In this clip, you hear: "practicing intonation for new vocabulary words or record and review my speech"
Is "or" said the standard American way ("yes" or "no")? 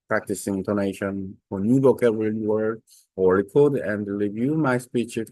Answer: no